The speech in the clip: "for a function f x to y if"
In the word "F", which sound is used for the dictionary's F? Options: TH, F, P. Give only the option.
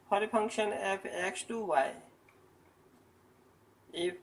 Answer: P